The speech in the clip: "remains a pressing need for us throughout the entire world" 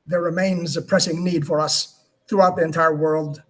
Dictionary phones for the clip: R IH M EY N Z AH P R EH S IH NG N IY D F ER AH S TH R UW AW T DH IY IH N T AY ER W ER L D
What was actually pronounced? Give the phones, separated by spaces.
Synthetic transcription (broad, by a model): R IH M EY N Z AH P R EH S IH NG N IY D F ER AH S TH R UW AW T DH IY IH N T AY ER W ER L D